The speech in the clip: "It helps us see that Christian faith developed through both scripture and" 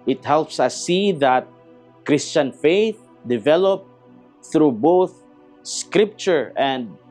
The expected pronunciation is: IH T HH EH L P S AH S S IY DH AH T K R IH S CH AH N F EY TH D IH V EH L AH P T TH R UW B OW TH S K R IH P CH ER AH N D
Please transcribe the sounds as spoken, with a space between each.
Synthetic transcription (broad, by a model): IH T HH EH L P S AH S S IY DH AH T K R IH S CH AH N F EY TH D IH V EH L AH P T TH R UW B OW TH S K R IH P CH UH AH N D